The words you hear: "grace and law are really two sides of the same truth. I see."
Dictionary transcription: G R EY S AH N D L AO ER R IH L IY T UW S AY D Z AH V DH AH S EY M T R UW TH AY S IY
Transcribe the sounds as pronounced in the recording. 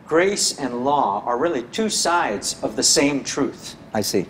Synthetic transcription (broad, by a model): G R EY S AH N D L AO ER R IH L IY T UW S AY D Z AH V DH AH S EY M T R UW TH AY S IY